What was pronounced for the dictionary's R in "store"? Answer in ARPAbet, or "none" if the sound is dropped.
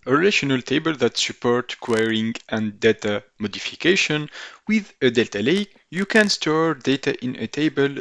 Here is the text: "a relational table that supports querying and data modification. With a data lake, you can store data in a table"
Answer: R